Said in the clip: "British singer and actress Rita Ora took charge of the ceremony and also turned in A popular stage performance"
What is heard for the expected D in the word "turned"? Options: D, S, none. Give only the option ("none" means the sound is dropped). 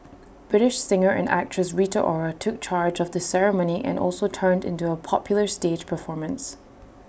D